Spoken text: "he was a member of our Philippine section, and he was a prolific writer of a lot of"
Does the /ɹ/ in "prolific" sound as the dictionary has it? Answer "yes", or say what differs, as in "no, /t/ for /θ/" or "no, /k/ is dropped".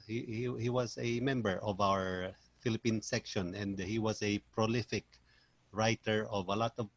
yes